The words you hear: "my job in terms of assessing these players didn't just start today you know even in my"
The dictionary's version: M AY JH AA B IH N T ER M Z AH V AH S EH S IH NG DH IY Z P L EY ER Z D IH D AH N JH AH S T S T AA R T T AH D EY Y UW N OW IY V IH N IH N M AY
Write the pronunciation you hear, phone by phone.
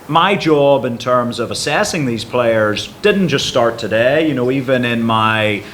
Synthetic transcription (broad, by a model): M AY JH AA B IH N T ER M Z AH V AH S EH S IH NG DH IY Z P L EY ER Z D IH D N JH AH S T S T AA R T T AH D EY Y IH N OW IY V IH N IH N M AY